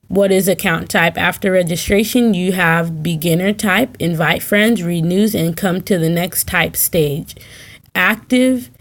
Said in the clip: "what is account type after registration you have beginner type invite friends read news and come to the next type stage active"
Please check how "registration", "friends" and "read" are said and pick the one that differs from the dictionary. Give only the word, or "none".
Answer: none